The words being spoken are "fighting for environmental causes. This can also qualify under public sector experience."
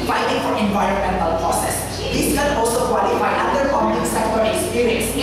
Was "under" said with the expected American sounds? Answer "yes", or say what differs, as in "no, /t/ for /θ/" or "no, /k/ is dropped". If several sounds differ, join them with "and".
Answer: no, /n/ is dropped